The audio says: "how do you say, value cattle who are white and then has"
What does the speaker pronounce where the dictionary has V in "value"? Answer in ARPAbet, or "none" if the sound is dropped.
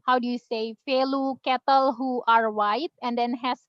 F